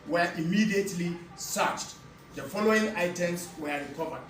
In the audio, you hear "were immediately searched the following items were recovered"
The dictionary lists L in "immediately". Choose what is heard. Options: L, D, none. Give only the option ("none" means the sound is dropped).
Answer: L